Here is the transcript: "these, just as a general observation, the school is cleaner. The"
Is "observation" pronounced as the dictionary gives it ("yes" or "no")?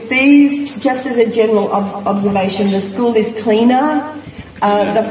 yes